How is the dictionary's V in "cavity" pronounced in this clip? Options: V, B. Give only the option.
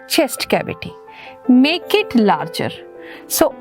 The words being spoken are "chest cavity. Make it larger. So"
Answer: B